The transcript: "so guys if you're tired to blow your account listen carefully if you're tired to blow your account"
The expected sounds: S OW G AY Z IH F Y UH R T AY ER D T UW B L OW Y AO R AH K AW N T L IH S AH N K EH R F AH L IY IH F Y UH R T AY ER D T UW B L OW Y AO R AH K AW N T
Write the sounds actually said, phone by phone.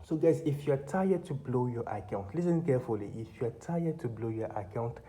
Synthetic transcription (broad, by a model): S OW G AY S IH F Y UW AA T AY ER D T UW B L OW Y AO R AH K AW N T L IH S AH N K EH F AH L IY IH F Y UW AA T AY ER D T UW B L OW Y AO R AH K AW N T